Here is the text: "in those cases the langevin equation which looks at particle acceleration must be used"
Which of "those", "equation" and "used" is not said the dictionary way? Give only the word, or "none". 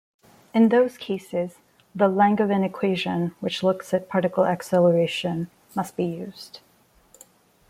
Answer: none